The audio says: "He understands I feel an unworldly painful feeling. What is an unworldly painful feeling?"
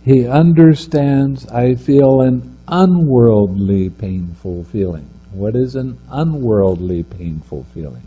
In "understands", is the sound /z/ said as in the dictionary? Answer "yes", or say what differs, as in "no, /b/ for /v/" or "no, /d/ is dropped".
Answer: yes